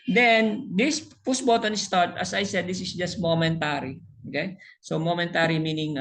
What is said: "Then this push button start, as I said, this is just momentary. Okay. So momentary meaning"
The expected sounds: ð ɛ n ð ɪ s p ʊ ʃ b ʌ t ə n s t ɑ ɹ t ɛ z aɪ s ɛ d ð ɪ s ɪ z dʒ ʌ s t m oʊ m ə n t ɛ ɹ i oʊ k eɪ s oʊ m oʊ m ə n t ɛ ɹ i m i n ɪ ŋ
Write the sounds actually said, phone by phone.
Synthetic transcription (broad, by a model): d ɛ n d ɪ s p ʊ s b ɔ t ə n s t ɑ ɹ t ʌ s aɪ s ɛ d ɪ s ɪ s dʒ ʌ s t m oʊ m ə n t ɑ ɹ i oʊ k eɪ s oʊ m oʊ m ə n t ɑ ɹ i m i n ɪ ŋ